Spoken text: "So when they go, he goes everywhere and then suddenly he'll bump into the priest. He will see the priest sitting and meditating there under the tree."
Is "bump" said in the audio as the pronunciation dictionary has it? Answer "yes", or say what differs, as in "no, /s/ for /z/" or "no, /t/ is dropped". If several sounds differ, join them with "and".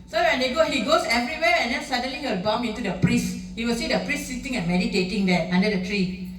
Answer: no, /p/ is dropped